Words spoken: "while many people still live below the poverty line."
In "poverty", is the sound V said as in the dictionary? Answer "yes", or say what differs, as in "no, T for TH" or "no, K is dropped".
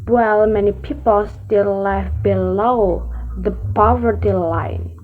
yes